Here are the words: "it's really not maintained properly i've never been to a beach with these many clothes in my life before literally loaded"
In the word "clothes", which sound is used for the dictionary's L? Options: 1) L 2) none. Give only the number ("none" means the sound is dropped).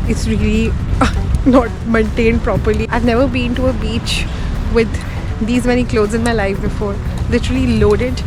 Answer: 1